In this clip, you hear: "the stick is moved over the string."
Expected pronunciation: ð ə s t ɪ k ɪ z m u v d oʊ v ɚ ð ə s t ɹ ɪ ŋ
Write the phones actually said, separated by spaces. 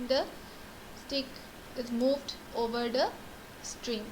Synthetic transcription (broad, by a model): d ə s t ɪ k ɪ z m u v d oʊ v ɚ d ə s t ɹ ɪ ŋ